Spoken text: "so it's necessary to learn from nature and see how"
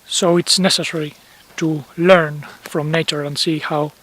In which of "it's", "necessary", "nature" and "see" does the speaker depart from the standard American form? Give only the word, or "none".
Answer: none